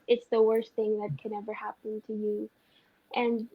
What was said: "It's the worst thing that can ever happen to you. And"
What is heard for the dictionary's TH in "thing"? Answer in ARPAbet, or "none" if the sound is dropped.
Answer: TH